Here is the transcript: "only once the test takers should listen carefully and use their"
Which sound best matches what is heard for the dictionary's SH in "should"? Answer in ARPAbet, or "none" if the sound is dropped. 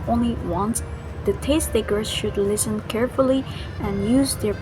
SH